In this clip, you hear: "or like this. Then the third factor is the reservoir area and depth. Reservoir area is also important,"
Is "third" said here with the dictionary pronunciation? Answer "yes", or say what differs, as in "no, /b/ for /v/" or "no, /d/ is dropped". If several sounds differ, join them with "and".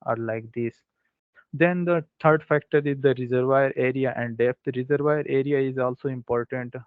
no, /t/ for /θ/